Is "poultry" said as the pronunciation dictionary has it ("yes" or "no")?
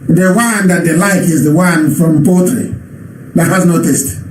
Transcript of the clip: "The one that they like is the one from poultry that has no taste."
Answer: no